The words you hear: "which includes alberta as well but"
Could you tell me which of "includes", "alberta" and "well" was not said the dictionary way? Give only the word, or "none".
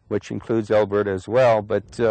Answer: none